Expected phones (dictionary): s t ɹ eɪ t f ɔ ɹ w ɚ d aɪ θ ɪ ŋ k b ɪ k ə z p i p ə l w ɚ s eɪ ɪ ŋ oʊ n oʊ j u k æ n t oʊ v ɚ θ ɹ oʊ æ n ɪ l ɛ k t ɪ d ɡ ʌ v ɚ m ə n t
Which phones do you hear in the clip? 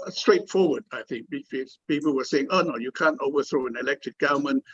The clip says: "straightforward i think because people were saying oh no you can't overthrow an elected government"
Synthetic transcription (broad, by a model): s t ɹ eɪ t f ɔ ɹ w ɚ d aɪ θ ɪ ŋ k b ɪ ə p i p ə l w ɚ s eɪ ɪ ŋ oʊ n oʊ j u k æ n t oʊ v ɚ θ ɹ oʊ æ n ɪ l ɛ k t ɪ d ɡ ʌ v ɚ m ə n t